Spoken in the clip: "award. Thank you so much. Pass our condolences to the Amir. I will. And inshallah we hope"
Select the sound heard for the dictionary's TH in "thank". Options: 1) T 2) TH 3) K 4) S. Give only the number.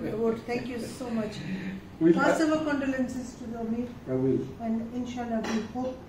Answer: 1